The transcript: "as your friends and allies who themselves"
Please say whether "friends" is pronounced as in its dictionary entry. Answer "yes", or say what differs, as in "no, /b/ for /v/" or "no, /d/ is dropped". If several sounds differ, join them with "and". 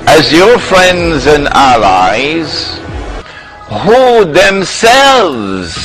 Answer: yes